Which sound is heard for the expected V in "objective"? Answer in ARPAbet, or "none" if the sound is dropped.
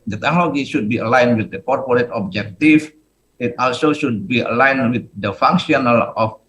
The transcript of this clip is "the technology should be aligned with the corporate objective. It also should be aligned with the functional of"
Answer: F